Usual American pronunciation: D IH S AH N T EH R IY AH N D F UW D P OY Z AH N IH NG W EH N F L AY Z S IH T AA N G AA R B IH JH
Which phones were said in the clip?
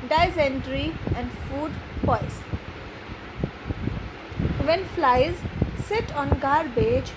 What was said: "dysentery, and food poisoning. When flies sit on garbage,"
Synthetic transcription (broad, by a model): D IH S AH N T R IY AH N D F UW D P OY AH IH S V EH N F L AY Z S IH T AA N G AA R B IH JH